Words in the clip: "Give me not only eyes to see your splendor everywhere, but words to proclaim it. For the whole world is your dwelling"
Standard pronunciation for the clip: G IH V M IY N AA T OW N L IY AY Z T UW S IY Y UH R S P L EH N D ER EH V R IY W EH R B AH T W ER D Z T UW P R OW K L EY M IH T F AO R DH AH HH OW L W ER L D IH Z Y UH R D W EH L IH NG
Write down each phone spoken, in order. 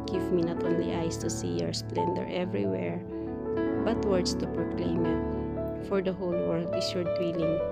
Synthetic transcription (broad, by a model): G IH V M IY N AA T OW N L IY AY S T UW S IY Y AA R S P L EH N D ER EH V R IY W EH R B AH T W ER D S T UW P R OW K L EY M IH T F AO R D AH HH OW L W ER L D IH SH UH R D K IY L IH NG